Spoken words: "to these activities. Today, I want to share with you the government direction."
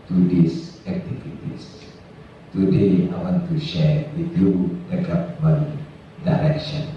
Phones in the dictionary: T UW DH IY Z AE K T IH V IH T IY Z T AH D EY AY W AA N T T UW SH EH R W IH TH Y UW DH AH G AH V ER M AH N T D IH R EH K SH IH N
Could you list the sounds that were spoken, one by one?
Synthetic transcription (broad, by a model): T UW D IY S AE K T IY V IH T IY S T AH D EY AY W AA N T T UW SH EH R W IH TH Y UW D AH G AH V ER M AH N D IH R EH K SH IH N